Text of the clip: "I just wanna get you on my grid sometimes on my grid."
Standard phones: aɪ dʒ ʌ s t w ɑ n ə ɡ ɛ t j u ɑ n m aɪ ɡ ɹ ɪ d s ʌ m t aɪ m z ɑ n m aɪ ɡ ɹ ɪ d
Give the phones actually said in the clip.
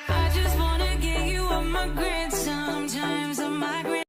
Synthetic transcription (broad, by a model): aɪ dʒ ʌ s t w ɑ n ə ɡ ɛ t j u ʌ m aɪ ɡ ɹ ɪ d s ʌ m t aɪ m z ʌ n m aɪ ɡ ɹ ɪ